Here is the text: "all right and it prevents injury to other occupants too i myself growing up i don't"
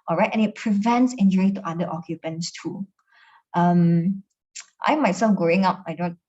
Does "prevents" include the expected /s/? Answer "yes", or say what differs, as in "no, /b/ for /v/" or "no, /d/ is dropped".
yes